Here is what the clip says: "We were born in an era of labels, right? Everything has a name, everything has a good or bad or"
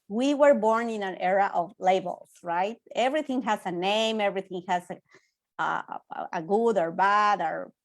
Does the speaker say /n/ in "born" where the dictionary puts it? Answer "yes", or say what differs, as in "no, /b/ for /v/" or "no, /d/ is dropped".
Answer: yes